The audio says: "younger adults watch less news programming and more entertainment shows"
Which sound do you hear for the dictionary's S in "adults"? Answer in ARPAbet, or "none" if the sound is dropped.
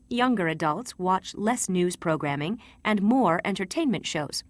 S